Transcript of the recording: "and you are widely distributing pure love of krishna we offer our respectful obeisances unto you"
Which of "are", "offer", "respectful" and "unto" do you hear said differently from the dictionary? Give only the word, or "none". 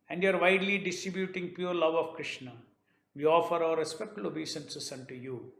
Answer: respectful